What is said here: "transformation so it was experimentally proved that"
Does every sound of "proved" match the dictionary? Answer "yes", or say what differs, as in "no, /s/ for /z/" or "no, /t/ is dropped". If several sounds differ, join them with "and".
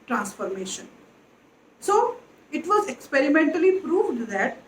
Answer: yes